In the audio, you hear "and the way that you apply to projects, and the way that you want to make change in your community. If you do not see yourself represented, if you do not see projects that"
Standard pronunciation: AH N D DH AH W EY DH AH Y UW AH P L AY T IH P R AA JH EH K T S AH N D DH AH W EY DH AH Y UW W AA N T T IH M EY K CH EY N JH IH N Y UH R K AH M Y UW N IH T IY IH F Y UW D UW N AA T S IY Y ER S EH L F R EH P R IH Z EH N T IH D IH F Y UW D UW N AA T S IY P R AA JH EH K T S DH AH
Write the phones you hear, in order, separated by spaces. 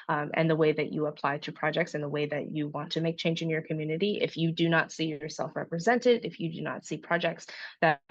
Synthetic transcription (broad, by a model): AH N DH AH W EY DH AH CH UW AH P L AY T IH P R AA JH EH K T S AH N DH AH W EY DH AH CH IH W AA N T T IH M EY K CH EY N JH IH N Y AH R K AH M Y UW N IH T IY IH F Y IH D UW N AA T S IY Y ER S EH L F R EH P R IH Z EH N T IH D IH F Y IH D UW N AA T S IY P R AA JH EH K T S DH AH